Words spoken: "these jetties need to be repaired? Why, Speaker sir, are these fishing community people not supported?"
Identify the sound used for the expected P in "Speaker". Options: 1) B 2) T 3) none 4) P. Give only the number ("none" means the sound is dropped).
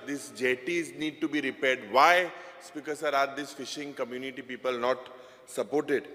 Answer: 4